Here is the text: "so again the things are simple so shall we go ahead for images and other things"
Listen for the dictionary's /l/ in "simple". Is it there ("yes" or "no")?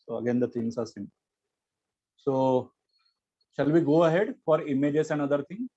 no